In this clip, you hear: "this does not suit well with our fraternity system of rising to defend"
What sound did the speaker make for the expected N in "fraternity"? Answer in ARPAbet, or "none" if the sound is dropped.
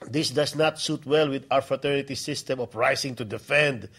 N